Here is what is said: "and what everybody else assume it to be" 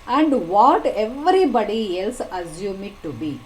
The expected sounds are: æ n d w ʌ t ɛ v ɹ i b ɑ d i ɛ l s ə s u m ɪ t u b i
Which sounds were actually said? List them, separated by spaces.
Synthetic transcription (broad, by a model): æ n d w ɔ t ɛ v ɹ i b ɑ d i ɛ l s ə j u m ɪ t u b i